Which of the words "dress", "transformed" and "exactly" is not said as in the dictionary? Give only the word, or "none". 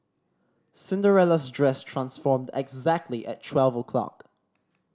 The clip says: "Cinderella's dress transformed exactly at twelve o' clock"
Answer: none